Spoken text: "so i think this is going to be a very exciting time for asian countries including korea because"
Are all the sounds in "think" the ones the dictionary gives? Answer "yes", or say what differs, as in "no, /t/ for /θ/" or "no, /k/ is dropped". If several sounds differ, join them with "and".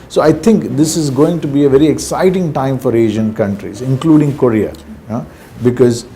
no, /t/ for /θ/